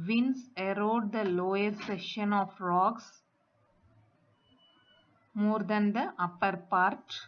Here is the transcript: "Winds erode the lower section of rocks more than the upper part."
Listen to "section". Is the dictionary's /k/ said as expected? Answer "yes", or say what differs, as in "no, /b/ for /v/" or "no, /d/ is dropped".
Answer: no, /k/ is dropped